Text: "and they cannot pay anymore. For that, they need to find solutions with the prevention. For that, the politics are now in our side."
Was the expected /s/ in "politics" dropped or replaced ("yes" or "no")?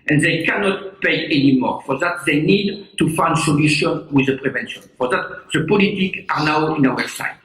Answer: yes